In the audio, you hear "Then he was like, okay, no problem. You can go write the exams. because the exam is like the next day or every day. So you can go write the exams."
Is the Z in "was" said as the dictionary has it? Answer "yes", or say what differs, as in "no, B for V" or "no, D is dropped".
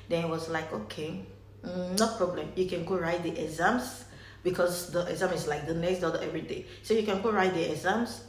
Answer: no, S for Z